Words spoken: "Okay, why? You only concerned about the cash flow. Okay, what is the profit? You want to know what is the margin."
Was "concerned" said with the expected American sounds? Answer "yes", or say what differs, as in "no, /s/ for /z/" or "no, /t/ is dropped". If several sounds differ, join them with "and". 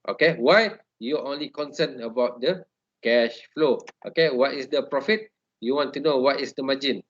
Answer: no, /d/ is dropped